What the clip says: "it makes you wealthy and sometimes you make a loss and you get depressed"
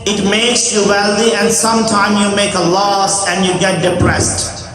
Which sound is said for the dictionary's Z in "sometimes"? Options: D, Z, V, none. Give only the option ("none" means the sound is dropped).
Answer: none